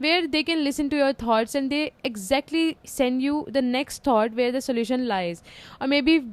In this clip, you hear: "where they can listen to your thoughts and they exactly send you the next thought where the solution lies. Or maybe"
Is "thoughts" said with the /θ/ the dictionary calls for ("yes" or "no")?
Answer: no